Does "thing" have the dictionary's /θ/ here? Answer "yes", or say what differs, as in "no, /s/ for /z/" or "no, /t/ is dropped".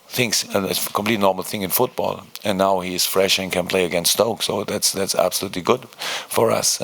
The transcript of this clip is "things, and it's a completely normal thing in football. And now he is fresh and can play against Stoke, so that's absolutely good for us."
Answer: yes